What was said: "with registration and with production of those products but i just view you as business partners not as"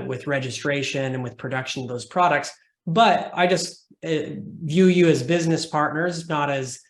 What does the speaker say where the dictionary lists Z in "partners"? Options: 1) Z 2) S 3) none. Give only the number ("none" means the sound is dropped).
1